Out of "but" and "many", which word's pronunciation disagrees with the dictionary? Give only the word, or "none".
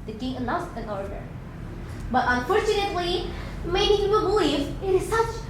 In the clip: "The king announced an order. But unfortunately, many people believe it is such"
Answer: many